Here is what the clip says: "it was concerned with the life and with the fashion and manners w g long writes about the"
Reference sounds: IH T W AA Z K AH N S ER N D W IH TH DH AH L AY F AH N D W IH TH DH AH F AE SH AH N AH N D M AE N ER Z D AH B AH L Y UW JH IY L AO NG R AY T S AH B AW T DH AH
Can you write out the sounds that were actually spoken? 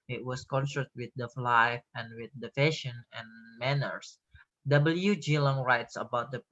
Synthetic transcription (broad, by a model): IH T W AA S K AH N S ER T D W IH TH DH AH L AY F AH N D W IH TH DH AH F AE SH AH N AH N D M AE N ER S D AH B AH L Y UW JH IY L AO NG R AY T S AH B AW T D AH